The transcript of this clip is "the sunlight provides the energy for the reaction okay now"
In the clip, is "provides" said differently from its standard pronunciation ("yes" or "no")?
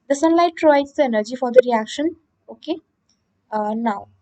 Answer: yes